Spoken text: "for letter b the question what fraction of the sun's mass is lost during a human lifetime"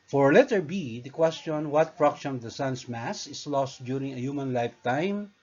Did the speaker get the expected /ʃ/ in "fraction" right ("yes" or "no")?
no